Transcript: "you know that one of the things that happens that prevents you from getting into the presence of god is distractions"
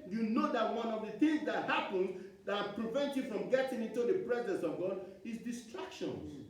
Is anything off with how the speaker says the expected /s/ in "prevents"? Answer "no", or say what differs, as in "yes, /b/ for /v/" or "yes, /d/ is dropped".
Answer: yes, /s/ is dropped